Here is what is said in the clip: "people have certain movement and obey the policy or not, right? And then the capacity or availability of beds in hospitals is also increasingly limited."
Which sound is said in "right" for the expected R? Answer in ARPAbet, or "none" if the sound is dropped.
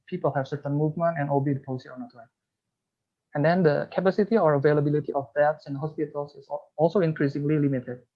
L